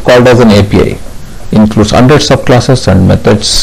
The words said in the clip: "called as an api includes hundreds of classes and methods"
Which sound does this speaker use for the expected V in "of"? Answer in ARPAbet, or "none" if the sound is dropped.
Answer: B